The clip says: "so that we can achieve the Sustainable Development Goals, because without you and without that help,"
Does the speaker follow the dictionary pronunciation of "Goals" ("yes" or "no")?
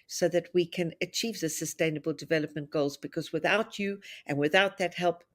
yes